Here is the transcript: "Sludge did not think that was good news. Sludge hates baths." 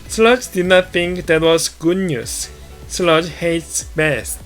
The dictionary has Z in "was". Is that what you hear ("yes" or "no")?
no